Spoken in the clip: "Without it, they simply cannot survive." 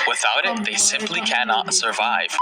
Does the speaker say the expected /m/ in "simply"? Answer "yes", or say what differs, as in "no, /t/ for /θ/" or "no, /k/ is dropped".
yes